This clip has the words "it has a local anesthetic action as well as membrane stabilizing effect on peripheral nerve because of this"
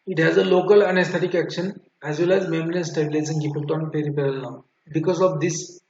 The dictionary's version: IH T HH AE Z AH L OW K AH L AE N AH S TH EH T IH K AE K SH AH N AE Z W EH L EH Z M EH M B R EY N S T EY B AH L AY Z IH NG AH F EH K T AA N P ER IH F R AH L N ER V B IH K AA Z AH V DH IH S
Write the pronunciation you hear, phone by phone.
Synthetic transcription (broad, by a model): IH T HH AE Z AH L OW K AH L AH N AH S T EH T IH K AE K SH AH N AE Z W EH L EH Z M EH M R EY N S T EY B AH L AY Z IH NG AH P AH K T AA N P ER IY P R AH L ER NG B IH K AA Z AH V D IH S